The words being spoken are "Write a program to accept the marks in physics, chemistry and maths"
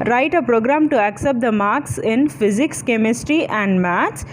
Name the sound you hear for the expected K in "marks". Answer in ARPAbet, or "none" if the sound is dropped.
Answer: K